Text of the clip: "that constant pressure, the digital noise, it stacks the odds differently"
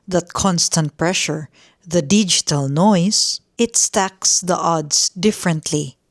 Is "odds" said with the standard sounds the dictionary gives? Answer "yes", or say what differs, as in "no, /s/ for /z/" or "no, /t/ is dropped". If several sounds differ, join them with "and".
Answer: no, /s/ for /z/